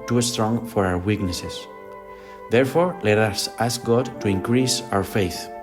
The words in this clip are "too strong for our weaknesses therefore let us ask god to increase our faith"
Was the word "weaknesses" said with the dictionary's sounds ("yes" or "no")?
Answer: no